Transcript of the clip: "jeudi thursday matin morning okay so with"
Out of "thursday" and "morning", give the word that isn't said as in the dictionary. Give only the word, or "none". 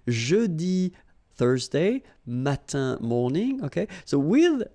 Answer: none